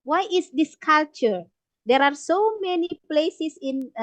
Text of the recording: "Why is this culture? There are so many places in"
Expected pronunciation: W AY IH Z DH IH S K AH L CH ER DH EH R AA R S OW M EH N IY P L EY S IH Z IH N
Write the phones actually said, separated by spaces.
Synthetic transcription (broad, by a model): W AY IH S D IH S K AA L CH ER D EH R AA R S OW M EH N IY P L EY S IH S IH N